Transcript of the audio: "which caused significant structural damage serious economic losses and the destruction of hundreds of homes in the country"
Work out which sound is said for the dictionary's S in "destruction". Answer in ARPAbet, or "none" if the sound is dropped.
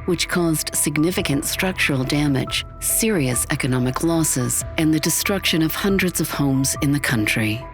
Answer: S